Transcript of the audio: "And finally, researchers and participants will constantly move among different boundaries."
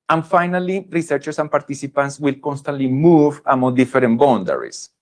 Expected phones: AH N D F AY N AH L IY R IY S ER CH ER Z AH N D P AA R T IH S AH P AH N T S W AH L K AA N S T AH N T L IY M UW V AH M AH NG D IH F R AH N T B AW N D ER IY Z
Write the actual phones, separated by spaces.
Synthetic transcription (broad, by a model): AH N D F AY N AH L IY R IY S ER CH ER S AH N P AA R T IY S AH P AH N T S W AH L K AA N S T AH N T L IY M UW V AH M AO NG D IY F R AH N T B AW N D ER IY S